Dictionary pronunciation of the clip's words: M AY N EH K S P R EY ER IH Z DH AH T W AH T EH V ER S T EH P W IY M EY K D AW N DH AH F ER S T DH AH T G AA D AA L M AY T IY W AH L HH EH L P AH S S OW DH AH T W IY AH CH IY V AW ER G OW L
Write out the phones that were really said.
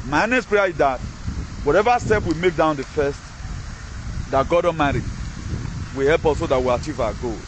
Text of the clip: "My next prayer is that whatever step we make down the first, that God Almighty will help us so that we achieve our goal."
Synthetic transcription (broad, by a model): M AY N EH S P R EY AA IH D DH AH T W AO T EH V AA S T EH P W IY M EY K D AW N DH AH F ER S T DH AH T G AA D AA M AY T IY W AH HH EH L P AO S S OW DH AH T W IY AH CH IY V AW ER G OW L